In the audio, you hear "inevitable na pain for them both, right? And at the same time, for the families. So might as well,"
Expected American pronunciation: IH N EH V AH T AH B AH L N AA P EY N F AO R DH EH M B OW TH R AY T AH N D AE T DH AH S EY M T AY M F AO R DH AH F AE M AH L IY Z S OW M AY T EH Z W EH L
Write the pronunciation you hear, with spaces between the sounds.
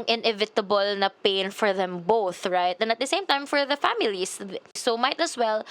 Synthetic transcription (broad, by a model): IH N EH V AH T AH B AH L N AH P EY N F AO R DH EH M B OW TH R AY T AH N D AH T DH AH S EY M T AY M F AO R DH AH F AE M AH L IY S S OW M AY T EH S W EH L